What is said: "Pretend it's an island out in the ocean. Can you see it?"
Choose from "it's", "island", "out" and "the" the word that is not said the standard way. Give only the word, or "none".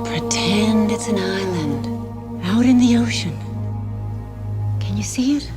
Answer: none